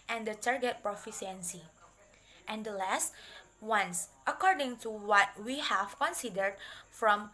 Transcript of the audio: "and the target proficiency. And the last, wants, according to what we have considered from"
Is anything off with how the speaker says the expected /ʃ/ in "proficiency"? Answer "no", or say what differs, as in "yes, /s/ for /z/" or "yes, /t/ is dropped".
yes, /s/ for /ʃ/